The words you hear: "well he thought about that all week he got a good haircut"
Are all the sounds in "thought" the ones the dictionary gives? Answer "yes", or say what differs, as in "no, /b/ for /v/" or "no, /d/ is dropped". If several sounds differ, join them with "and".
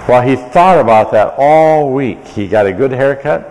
yes